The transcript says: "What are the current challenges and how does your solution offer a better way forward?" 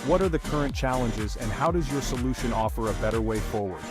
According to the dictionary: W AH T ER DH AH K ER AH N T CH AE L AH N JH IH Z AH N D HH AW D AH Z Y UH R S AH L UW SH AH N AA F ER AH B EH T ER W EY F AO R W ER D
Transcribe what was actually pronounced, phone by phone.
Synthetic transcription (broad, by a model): W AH T ER DH AH K ER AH N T CH AE L AH N JH IH Z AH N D HH AW D AH Z Y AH R S AH L UW SH AH N AA F ER AH B EH T ER W EY F AO R W ER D